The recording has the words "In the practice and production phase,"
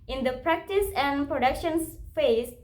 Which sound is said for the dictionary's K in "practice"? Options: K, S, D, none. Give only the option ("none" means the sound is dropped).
K